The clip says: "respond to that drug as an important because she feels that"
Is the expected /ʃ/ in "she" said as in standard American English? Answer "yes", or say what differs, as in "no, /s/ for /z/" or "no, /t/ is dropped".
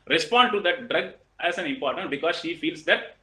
yes